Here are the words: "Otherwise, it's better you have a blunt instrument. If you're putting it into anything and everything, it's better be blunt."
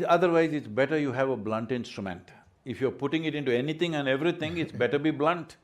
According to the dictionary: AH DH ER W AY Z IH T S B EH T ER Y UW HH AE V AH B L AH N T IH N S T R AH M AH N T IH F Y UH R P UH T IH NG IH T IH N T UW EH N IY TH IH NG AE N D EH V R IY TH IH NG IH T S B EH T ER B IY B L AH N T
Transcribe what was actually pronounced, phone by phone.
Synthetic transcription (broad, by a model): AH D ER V AY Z IH T S B EH T ER Y UW HH AE V AH B L AH N T IH N S T R AH M AH N T IH F Y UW R P UH T IH NG IH T IH N T UW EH N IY T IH NG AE N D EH V R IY T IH NG IH T S B EH T ER B IY B L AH N T